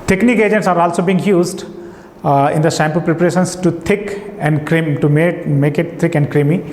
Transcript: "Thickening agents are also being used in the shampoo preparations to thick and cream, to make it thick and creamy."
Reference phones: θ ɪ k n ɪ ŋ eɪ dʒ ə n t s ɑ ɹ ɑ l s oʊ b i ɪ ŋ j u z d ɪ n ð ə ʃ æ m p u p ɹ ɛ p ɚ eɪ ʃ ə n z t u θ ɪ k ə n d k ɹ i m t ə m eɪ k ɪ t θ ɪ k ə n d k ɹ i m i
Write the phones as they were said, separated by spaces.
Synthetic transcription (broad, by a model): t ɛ k n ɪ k eɪ dʒ ə n t s ɑ ɹ ɑ l s oʊ b i ɪ ŋ j u z d ɪ n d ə s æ m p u p ɹ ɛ p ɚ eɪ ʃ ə n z t u t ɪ k ə n d k ɹ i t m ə m eɪ k ɪ t t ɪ k ə n d k ɹ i m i